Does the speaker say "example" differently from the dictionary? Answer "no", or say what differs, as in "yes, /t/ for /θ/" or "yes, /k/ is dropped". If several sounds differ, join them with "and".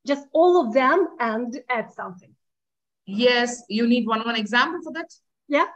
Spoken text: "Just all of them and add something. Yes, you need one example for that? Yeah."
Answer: no